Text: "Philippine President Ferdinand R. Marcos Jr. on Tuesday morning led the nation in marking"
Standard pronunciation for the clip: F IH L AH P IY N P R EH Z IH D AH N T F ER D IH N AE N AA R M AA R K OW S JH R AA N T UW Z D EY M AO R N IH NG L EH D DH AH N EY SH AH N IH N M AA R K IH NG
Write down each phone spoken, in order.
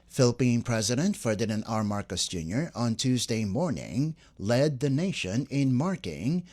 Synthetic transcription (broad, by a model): F IH L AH P IY N P R EH Z IH D AH N T F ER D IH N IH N AA R M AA R K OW S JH R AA N T UW Z D EY M AO R N IH NG L EH D DH AH N EY SH AH N IH N M AA R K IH NG